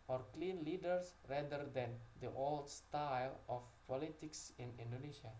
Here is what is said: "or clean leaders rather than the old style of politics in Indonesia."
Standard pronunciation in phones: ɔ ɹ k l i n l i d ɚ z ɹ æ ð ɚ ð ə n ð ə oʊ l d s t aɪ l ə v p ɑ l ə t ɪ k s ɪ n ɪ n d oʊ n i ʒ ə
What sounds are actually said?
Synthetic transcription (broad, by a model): ɔ ɹ k l i n l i d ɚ s ɹ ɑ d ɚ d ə n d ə oʊ l d s t aɪ l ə f p ɑ l ə t ɪ k s ɪ n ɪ n d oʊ n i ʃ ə